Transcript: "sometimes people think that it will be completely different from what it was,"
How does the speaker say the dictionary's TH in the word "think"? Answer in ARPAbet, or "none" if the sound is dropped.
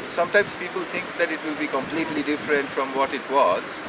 T